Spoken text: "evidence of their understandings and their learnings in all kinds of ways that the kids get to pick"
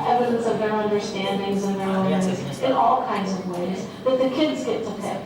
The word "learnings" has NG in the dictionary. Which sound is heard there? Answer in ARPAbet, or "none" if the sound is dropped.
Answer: none